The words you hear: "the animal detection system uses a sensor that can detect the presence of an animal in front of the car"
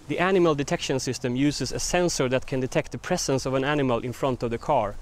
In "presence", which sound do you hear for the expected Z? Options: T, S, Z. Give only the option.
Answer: S